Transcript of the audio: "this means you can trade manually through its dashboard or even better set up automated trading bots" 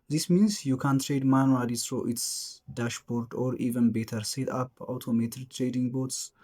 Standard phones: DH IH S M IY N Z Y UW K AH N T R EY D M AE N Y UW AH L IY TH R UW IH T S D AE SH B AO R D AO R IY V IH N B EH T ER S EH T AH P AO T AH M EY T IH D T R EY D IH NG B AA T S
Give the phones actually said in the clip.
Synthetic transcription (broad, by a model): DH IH S M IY N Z Y UW K AH N T R EY D M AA N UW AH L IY S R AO IH T S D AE SH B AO R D AO R IY V IH N B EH T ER S EH T AH P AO T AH M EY T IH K T R EY D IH NG B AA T S